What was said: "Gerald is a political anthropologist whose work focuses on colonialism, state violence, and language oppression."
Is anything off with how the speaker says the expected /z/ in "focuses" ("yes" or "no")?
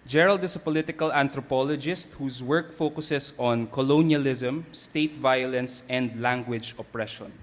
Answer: yes